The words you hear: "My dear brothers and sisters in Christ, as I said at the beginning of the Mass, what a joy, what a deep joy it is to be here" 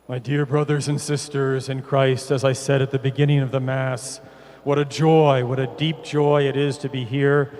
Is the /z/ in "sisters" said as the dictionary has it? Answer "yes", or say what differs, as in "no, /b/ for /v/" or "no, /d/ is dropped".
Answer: yes